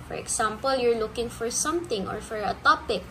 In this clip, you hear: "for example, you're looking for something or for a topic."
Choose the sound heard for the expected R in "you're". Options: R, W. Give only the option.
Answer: R